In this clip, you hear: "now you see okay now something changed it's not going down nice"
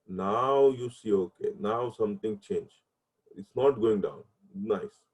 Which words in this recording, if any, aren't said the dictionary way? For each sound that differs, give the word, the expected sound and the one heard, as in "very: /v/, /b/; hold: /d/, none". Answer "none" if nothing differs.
something: /θ/, /t/; changed: /d/, none